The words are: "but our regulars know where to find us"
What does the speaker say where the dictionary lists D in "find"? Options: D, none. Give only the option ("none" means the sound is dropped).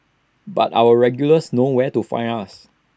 none